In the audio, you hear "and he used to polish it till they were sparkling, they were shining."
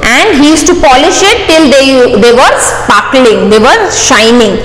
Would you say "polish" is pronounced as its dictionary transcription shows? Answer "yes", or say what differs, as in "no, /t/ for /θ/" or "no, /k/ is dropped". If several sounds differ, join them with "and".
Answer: yes